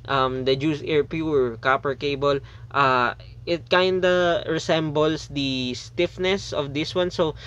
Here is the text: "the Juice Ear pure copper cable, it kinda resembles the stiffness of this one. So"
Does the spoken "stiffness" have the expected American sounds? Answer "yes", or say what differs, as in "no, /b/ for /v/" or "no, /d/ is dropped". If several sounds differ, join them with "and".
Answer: yes